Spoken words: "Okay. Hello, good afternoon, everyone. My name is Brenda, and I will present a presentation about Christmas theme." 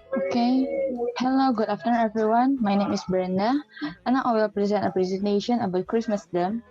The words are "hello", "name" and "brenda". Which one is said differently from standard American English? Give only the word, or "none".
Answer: brenda